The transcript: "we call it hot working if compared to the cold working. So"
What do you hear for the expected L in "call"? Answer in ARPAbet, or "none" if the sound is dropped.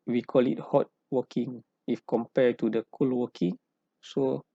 L